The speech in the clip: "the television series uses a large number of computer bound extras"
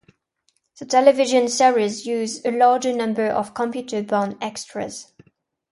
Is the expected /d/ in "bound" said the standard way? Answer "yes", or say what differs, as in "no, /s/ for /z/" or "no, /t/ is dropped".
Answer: no, /d/ is dropped